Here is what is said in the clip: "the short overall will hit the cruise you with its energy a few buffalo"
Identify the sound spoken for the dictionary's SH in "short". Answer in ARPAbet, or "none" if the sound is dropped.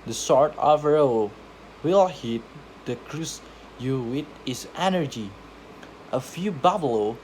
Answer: S